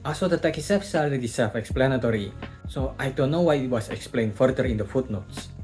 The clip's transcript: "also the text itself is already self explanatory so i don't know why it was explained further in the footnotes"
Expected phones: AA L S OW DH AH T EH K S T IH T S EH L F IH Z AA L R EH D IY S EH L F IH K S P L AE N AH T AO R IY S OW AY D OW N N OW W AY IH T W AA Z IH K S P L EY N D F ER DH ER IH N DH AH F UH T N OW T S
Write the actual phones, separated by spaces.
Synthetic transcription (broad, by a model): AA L S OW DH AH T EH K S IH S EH F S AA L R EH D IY S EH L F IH K S P L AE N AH T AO R IY S OW AY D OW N N OW W AY IH T W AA S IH K S P L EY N F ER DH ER IH N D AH F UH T N OW T S